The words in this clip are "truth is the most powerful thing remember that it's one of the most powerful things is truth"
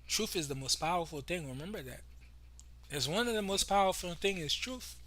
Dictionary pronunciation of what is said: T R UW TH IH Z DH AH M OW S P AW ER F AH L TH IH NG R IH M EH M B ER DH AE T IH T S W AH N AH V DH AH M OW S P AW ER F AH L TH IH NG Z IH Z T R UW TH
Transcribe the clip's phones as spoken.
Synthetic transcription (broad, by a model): T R UW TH IH Z DH AH M OW S P AW ER F L TH IH NG R IH M EH M B ER DH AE T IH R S W AH N AH V DH AH M OW S P AW ER F L TH IH NG IH Z T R UW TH